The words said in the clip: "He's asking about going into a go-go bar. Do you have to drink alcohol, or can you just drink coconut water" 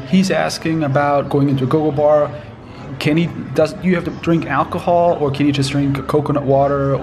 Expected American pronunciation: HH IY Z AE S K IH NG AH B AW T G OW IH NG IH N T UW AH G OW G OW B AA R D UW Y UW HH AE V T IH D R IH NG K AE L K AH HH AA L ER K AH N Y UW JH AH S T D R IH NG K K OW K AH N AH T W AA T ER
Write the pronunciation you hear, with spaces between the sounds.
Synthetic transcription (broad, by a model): HH IY Z AE S K IH NG AH B AW T G OW IH NG IH N T UW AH G OW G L B AA R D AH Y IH HH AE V T IH D R IH NG K AE L K AH HH AA L ER K AH N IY JH AH S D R IH NG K K OW K AH N AH T W AA T ER